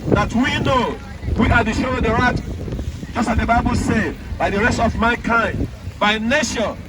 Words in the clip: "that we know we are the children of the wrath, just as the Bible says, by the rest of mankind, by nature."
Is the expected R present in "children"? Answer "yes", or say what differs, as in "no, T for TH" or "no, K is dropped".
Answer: no, R is dropped